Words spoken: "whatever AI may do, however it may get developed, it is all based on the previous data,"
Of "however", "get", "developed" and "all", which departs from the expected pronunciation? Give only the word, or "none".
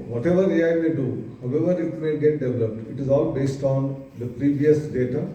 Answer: none